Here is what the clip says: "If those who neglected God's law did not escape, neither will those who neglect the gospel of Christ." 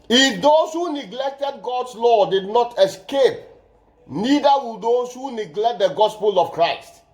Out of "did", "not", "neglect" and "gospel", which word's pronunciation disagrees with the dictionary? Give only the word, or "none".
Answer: none